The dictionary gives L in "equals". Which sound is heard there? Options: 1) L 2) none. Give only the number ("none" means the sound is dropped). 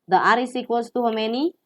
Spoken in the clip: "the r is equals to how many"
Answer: 2